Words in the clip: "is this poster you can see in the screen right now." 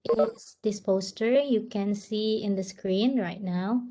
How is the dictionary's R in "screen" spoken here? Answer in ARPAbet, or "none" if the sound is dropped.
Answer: R